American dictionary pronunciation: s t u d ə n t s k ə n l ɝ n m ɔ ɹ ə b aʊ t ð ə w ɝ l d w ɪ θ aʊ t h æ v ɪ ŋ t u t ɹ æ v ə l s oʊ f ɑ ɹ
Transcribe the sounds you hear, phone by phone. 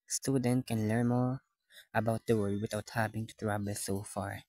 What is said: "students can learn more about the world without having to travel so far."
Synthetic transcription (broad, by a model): s t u d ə n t k ə n l ɝ n m ɔ ɹ ə b aʊ t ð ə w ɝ d w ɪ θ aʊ t h æ v ɪ ŋ t u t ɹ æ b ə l s oʊ f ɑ ɹ